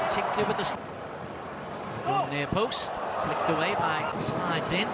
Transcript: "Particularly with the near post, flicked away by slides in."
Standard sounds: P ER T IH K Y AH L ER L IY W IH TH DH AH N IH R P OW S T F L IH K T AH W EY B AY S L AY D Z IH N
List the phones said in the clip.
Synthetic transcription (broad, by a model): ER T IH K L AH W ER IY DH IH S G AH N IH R P OW S T F L IH K T AH W EY B AY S AY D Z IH N